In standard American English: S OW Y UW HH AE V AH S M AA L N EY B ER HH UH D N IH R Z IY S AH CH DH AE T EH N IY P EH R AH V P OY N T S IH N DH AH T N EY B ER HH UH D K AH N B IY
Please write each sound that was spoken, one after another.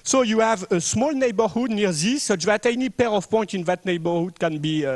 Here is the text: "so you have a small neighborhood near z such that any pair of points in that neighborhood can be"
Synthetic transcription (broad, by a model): S OW Y UW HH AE V AH S M AA L N EY B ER HH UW D N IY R Z IY S AH CH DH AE T EH N IY P EH R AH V P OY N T IH N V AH T N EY B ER HH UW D K AH N B IY